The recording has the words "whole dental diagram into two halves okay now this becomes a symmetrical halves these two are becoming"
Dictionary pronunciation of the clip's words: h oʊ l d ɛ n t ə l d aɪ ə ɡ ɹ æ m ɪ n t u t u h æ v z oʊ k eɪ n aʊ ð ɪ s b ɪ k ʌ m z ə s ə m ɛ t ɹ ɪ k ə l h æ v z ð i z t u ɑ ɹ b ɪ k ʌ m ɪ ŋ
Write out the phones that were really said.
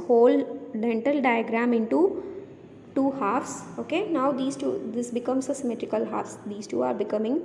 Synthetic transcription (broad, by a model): h oʊ l d ɛ n t ə l d aɪ ə ɡ ɹ æ m ɪ n t u t u h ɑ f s oʊ k eɪ n aʊ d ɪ s b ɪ k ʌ m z ə s ə m ɛ t ɹ ɪ k ə l h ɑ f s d i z t u ɑ ɹ b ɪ k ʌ m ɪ ŋ